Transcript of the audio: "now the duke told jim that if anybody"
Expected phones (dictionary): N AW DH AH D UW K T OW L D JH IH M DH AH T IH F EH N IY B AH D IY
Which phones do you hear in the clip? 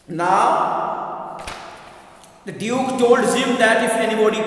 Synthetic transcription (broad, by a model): N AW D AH D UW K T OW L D Z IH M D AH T IH F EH N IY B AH D IY